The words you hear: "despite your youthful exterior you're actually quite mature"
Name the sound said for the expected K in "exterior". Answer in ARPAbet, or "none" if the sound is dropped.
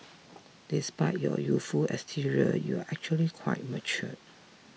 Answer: none